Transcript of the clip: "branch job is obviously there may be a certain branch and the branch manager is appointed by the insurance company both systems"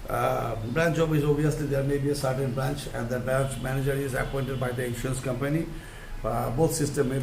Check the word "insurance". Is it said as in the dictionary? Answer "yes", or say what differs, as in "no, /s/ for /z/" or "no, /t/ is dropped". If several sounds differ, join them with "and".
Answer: no, /ɹ/ is dropped